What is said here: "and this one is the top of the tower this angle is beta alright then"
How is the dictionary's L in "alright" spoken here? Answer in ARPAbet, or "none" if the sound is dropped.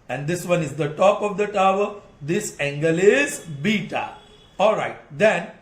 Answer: L